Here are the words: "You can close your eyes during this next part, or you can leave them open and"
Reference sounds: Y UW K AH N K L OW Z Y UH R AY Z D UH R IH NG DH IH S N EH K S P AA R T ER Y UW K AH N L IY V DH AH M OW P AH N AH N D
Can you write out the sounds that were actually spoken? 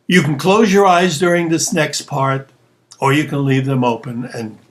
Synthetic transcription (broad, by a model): Y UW K N K L OW Z Y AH R AY Z D UH R IH NG DH IH S N EH K S P AA R T ER Y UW K AH N L IY V DH AH M OW P AH N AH N